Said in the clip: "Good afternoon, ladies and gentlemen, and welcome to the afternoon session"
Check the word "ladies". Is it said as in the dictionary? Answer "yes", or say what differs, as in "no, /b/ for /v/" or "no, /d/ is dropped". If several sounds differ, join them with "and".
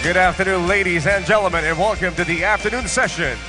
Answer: yes